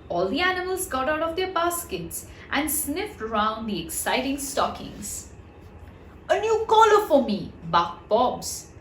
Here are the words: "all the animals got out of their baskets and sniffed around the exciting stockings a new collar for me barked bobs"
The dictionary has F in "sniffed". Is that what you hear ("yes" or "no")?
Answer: yes